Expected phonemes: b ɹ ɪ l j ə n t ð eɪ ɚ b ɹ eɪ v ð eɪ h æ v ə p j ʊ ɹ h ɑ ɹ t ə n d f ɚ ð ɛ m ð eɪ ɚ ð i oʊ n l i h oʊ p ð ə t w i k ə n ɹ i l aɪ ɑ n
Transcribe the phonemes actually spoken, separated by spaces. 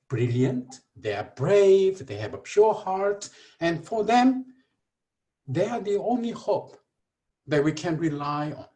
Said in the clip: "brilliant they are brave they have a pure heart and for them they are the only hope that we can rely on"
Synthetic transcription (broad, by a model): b ɹ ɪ l j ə n t ð eɪ ɚ b ɹ eɪ v ð eɪ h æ v ə p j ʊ ɹ h ɑ ɹ t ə n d f ɚ ð ɛ m ð eɪ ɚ ð i oʊ n l i h oʊ p ð ə t w i k ə n ɹ i l aɪ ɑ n